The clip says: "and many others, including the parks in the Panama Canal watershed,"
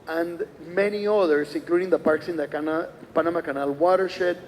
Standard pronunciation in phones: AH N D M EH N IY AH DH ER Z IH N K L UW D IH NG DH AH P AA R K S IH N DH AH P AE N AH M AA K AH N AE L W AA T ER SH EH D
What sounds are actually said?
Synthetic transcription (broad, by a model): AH N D M EH N IY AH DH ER S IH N K L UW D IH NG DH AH P AA R K S IH N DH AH P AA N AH M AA K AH N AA L W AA T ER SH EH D